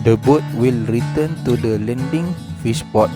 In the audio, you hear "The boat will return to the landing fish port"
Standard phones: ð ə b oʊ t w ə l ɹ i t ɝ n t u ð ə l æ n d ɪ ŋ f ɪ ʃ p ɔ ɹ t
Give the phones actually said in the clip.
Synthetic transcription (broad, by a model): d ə b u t w ə l ɹ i t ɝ n t u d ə l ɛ n d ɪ ŋ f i s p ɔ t